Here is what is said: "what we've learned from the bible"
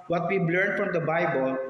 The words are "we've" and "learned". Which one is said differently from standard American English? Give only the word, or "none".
we've